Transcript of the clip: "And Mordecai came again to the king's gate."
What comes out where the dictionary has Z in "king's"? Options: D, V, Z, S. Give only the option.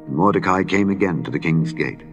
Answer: Z